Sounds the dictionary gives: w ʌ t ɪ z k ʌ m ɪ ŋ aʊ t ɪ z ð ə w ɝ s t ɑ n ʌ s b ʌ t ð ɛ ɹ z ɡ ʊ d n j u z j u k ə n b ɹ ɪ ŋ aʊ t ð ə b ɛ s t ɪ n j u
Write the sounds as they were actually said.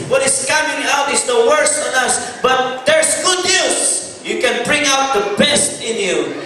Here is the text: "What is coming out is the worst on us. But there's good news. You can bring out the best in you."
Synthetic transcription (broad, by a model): w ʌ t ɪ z k ʌ m ɪ ŋ aʊ t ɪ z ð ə w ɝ s ɑ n ʌ s b ʌ t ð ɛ ɹ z ɡ ʊ d n j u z j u k ə n b ɹ ɪ ŋ aʊ t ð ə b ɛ s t ɪ n j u